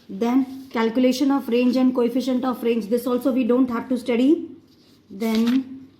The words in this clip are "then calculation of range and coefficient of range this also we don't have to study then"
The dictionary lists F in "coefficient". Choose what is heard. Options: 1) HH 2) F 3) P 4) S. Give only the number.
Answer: 2